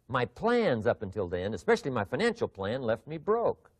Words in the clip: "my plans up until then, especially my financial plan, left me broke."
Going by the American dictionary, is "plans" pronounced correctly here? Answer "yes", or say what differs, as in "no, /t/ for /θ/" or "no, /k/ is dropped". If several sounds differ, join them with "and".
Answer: yes